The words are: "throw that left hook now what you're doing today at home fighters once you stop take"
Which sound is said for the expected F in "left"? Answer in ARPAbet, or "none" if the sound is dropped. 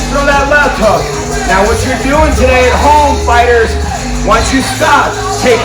none